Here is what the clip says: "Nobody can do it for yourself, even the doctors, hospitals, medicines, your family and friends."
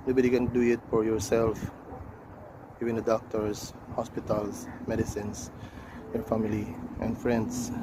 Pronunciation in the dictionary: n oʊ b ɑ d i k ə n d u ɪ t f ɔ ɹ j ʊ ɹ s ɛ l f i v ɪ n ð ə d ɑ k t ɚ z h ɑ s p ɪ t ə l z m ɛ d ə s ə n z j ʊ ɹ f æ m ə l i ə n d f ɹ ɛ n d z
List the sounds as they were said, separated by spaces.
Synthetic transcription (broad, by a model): n oʊ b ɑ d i k ə n d u ɪ t f ɔ ɹ j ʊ ɹ s ɛ l f i v ɪ n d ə d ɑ k t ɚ s h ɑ s p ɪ t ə l s m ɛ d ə s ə n s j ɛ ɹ f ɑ m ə l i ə n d f ɹ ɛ n d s